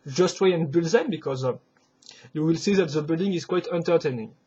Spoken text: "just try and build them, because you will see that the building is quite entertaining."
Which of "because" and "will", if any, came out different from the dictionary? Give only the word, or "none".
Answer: none